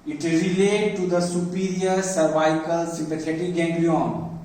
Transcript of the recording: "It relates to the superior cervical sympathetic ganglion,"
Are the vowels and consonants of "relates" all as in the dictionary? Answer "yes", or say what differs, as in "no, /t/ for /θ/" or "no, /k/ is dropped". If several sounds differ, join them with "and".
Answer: no, /s/ is dropped